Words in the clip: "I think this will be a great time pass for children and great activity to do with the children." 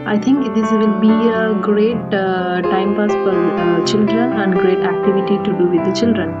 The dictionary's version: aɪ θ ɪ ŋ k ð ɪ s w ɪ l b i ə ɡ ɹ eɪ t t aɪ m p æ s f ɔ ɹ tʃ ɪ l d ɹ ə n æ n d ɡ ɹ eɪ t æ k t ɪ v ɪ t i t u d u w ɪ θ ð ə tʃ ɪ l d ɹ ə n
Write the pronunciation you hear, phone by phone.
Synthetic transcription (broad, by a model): aɪ t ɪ ŋ k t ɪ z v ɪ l b i ə ɡ ɹ eɪ t t aɪ m p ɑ s f ɔ ɹ tʃ ɪ l d ɹ ə n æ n d ɡ ɹ eɪ t æ k t ɪ v ɪ t i t u d u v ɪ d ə tʃ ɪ l d ɹ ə n